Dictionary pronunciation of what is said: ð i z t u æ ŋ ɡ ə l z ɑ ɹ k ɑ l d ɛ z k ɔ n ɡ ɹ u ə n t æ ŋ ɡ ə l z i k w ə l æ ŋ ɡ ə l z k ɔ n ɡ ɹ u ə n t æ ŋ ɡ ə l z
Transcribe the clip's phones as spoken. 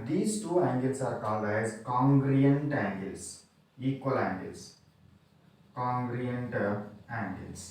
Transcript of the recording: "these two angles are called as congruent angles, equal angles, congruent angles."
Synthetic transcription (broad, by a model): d i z t u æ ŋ ɡ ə l s ɑ ɹ k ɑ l ɑ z k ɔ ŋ ɡ ɹ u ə n t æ ŋ ɡ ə l s i k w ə l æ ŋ ɡ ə l s k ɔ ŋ ɡ ɹ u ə n t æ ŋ ɡ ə l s